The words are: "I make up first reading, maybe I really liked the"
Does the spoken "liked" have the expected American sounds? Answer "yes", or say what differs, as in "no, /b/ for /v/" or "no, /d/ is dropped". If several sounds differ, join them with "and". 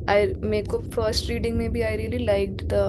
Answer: yes